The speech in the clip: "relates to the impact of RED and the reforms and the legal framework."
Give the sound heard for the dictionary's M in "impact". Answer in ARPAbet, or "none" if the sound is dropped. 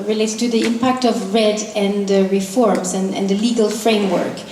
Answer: M